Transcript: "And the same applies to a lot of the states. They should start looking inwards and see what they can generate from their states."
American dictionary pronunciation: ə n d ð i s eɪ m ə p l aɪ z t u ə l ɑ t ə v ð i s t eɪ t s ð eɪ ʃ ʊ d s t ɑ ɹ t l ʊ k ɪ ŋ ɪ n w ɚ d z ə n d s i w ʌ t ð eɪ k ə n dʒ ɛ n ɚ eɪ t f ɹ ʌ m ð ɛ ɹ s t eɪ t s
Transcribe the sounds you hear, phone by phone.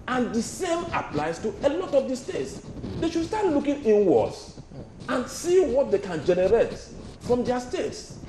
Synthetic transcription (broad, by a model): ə n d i s eɪ m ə p l aɪ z t u ə l ɑ t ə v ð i s t eɪ t s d eɪ ʃ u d s t ɑ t l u k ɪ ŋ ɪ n w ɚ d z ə n s i w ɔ t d eɪ k ə n dʒ ɛ n ɚ eɪ t f ɹ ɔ m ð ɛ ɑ s t eɪ t s